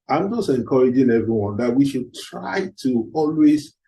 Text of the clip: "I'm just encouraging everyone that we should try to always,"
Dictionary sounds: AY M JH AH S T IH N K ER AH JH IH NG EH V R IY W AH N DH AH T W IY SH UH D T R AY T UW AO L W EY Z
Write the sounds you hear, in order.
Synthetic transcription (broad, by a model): AY M JH AH S T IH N K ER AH JH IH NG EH V R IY W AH N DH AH T W IY SH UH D T R AY T UW AO L W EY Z